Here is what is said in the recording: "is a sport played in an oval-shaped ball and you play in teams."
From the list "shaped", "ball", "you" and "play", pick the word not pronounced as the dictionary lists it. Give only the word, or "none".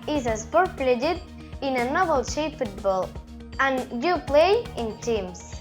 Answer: shaped